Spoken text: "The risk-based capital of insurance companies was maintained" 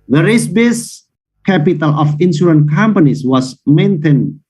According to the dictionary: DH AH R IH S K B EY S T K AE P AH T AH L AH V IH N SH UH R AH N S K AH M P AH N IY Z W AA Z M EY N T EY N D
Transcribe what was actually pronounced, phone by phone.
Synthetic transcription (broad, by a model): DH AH R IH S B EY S K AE P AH T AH L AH F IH N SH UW R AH N K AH M P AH N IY S W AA S M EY N T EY N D